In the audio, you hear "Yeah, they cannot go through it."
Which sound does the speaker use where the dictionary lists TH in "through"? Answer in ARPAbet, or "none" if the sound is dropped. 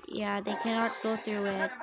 TH